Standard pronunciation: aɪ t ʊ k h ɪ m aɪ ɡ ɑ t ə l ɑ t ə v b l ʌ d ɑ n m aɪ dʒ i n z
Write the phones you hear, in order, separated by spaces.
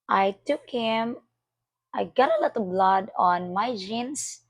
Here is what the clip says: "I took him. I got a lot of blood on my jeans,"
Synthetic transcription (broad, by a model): aɪ t ʊ k h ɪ m aɪ ɡ ɑ t ə l ɑ t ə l b l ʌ d ɑ n m aɪ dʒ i n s